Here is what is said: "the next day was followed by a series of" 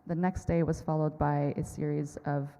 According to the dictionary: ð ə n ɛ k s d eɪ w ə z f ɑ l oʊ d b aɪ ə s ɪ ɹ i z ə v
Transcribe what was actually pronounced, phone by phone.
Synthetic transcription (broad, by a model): ð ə n ɛ k s d eɪ w ə z f ɑ l oʊ d b aɪ ə s ɪ ɹ i z ə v